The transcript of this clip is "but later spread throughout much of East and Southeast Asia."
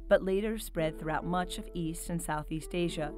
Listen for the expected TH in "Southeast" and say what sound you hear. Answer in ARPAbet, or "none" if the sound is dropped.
TH